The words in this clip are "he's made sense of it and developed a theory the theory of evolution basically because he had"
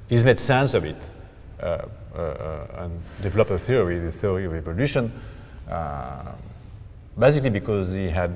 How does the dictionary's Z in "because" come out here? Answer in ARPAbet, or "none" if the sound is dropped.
Z